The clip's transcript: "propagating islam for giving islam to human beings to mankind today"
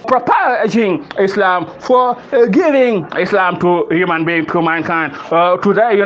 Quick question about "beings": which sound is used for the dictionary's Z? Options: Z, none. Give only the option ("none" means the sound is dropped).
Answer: none